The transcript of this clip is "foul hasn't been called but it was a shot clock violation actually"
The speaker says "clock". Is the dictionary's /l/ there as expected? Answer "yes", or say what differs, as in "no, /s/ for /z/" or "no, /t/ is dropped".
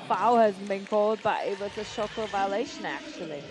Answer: no, /l/ is dropped